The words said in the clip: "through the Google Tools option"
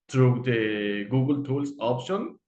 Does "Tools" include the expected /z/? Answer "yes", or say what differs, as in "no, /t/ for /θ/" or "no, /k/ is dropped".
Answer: no, /s/ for /z/